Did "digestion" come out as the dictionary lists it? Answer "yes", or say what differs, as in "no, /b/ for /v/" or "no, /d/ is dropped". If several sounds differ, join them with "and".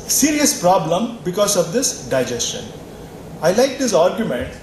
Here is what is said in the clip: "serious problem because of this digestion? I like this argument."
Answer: yes